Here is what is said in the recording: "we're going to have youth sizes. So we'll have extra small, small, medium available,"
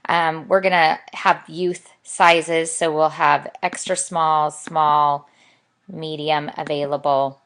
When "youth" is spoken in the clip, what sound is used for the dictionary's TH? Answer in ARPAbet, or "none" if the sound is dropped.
TH